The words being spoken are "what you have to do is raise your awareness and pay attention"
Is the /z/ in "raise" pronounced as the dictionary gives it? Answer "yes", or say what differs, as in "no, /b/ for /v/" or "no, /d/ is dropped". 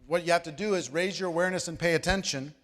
yes